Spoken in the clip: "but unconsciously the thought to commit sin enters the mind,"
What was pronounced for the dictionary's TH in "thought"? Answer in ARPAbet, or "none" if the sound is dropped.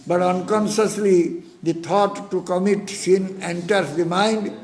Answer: T